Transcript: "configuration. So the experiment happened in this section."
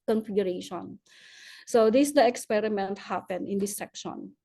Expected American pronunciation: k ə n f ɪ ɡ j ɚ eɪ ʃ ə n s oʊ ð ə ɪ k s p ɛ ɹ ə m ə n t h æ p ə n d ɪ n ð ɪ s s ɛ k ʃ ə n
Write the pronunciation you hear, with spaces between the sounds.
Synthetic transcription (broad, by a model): k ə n f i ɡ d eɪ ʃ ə n s oʊ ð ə ɪ k s p ɛ ɹ ə m ə n t h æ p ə n ɪ n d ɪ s s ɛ k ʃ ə n